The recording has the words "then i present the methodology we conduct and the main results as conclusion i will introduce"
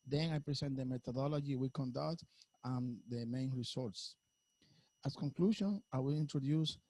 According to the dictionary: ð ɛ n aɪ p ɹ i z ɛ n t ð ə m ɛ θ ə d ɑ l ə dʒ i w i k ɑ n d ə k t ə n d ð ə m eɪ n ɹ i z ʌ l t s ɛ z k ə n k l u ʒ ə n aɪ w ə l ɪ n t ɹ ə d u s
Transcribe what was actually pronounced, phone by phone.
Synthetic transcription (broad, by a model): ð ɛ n aɪ p ɹ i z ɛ n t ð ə m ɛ t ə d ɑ l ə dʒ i w i k ɑ n d ə k t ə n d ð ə m eɪ n ɹ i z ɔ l t s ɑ s k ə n k l u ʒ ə n aɪ w ə l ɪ n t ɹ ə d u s